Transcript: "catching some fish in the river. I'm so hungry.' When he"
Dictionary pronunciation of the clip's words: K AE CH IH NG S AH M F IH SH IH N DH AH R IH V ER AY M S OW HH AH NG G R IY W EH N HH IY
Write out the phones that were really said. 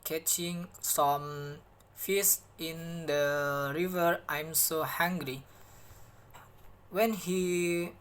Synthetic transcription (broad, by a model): K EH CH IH NG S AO M F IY S IH N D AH R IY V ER AY M S OW HH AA NG G R IY W EH N HH IY